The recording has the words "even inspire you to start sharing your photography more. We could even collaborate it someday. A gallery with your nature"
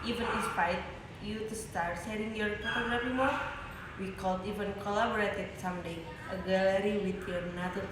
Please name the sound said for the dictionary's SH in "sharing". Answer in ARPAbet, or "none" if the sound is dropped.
S